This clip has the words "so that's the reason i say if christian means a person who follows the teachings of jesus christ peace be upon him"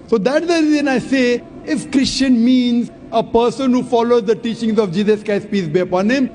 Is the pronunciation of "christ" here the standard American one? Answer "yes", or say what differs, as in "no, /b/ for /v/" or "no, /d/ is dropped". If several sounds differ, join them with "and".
no, /ɹ/ is dropped